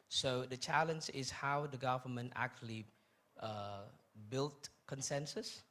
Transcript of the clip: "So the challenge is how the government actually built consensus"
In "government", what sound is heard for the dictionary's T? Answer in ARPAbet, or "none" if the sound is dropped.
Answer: T